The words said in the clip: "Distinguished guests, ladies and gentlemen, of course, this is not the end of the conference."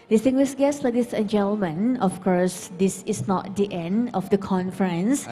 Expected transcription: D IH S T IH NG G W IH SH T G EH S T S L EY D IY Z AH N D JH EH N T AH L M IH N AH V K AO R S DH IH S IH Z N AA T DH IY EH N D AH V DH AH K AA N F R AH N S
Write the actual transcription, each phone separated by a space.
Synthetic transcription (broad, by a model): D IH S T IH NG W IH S G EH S S L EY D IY S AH N JH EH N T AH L M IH N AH F K AO R S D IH S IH S N AA T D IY EH N D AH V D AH K AA N F R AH N S